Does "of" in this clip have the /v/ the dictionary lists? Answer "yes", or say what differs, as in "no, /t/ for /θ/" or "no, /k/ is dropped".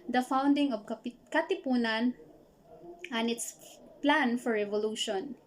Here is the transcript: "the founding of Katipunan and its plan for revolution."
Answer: no, /p/ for /v/